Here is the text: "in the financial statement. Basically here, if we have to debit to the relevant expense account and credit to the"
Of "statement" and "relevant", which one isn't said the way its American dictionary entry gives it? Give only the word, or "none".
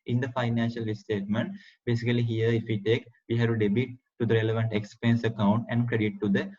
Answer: none